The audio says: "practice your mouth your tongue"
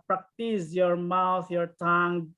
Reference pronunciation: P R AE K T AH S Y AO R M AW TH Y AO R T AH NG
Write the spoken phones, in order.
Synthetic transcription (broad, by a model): P R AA K T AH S Y AO R M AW T Y AO R T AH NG